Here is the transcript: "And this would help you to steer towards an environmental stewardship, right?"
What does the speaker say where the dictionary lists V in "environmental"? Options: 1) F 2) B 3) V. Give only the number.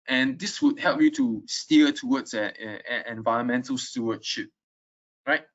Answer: 3